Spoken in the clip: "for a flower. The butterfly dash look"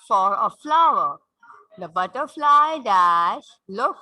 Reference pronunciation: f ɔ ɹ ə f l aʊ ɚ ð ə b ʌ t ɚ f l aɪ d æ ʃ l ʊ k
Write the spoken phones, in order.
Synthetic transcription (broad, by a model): f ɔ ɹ ə f l aʊ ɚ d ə b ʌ t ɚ f l aɪ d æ s l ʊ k